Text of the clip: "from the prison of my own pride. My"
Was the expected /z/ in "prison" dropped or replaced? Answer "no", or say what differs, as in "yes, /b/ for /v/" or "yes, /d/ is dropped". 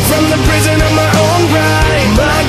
no